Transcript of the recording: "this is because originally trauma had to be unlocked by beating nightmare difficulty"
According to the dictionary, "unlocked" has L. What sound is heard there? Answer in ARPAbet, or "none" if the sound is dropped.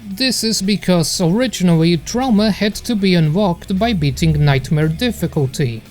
W